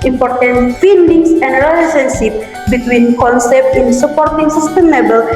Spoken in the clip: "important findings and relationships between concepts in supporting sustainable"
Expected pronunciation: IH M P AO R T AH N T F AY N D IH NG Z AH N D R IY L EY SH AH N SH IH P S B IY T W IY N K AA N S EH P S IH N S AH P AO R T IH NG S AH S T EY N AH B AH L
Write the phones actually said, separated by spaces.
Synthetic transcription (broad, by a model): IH M P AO R T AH N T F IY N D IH NG S AH N D R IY L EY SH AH N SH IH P B IY T W IY N K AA N S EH P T IH N S AH P AO R T IH NG S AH S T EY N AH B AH L